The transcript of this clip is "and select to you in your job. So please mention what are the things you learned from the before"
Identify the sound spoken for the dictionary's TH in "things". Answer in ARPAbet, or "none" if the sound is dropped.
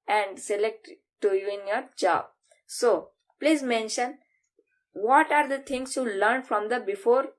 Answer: T